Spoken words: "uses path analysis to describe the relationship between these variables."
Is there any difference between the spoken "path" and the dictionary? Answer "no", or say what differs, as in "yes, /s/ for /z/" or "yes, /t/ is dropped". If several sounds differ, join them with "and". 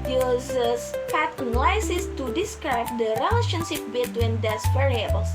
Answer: yes, /t/ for /θ/